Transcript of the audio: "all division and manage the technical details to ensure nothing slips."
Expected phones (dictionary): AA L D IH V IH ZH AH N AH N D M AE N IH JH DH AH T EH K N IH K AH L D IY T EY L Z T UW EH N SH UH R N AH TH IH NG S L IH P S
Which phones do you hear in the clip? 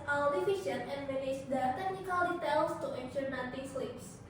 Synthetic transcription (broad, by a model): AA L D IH F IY SH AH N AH N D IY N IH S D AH T EH K N IH K AH L D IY T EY L S T UW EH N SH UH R N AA T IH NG S L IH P S